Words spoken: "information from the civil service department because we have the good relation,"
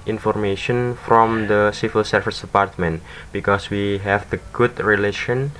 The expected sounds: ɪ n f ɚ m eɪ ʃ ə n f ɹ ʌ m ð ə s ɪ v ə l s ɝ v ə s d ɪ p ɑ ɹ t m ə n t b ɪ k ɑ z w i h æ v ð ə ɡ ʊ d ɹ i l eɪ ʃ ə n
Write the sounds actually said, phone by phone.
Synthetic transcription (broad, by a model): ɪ n f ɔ m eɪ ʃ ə n f ɹ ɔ m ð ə s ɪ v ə l s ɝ f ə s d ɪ p ɑ ɹ t m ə n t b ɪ k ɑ s w i h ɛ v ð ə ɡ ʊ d ɹ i l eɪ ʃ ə n